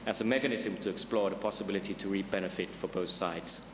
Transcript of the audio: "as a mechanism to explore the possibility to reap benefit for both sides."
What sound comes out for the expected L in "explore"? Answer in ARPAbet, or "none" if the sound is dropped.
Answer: L